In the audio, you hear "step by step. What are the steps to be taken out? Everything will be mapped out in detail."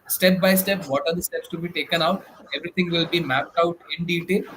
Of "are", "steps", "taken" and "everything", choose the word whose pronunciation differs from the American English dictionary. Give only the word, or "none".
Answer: everything